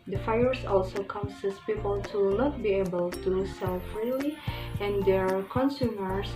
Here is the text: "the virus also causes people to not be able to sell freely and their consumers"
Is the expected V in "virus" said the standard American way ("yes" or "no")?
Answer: no